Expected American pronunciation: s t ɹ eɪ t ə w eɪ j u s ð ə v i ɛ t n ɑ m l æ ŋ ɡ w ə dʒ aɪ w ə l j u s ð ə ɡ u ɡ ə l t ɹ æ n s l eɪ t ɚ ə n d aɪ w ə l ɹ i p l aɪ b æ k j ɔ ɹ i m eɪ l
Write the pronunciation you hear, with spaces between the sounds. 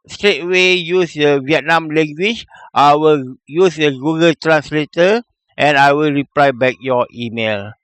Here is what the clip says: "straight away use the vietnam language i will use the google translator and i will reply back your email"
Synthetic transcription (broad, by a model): s t ɹ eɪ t w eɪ j u s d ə v i ɛ t n ɑ m l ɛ ŋ ɡ w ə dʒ aɪ w ə l j u s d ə ɡ u ɡ ə l t ɹ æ n s l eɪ t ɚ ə n aɪ w ə l ɹ i p l aɪ b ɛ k j ɔ i m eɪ l